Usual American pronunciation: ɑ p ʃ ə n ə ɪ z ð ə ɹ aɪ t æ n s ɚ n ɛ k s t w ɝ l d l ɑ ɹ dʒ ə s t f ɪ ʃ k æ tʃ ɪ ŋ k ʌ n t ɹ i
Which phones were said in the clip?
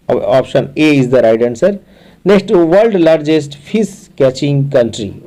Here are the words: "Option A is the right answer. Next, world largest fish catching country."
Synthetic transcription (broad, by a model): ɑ p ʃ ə n ə ɪ z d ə ɹ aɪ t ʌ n s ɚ n ɛ k s t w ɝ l d l ɑ ɹ dʒ ə s t p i s k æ tʃ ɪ ŋ k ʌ n t ɹ i